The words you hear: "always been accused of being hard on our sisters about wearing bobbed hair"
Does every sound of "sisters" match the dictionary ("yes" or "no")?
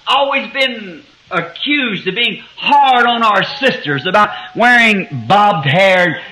yes